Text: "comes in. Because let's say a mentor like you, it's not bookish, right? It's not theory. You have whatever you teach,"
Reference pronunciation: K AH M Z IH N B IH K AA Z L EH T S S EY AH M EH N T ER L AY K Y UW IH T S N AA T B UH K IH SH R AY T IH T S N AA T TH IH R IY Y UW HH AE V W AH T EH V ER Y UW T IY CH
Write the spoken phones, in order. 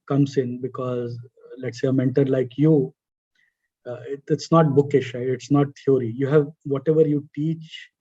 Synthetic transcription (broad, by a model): K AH M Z IH N B IH K AA Z L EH T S S EY AH M EH N T ER L AY K Y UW IH T S N AA T B UH K IH SH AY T IH T S N AA T T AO R IY Y UW HH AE V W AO T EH V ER Y UW T IY CH